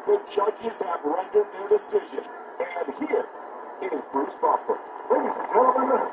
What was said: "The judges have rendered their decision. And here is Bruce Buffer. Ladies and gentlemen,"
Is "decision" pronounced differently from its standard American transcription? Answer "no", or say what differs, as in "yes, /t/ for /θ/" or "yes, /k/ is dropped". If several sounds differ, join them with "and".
no